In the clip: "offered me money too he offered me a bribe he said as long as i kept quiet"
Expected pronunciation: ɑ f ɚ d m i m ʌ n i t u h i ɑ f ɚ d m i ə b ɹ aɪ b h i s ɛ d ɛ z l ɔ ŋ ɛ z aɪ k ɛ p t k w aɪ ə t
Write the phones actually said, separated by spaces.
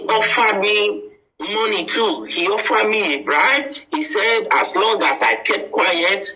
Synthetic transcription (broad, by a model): ɑ f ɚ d m i m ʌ n i t u h i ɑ f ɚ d m i ə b ɹ aɪ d h i s ɛ d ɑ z l ɔ ŋ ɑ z aɪ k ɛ t k w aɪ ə t